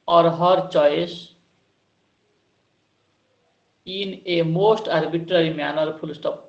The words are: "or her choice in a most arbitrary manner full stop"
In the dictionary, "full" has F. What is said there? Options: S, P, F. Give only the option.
P